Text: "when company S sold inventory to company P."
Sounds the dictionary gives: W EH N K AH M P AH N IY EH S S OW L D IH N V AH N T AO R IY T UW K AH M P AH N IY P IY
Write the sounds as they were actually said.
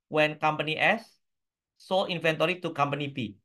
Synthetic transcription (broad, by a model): W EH N K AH M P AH N IY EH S S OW L IY N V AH N T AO R IY T UW K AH M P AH N IY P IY